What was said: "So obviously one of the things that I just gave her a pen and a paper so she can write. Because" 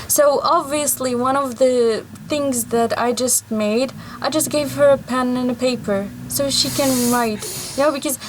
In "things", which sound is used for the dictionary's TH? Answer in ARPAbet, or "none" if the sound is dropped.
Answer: TH